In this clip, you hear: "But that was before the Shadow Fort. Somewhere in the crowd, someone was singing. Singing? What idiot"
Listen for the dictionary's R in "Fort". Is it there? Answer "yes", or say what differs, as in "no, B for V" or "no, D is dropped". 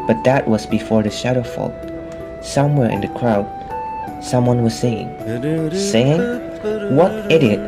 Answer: no, L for R